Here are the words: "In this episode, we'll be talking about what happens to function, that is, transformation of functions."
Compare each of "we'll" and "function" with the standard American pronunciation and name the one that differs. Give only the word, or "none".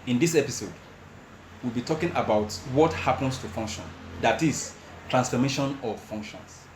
none